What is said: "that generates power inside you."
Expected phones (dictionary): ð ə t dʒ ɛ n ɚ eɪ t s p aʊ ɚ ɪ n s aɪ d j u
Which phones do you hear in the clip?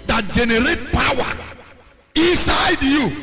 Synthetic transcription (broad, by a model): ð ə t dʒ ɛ n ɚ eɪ t p aʊ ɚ ɪ n s aɪ d j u